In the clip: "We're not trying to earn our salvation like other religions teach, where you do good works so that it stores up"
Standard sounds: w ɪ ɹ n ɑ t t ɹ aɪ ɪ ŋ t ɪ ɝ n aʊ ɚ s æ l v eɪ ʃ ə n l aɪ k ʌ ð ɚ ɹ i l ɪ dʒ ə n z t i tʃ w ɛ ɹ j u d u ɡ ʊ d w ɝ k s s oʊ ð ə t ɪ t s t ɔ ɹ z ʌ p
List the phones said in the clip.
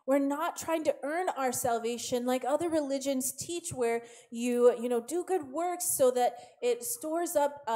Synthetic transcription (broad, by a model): w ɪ ɹ n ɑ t t ɹ aɪ ɪ ŋ t ɪ ɝ n aʊ ɚ s æ l v eɪ ʃ ə n l aɪ k ʌ ð ɚ ɹ i l ɪ dʒ ə n z t i tʃ w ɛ ɹ j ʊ d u ɡ ʊ d w ɝ k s s oʊ ð ə t ɪ t s t ɔ ɹ z ʌ p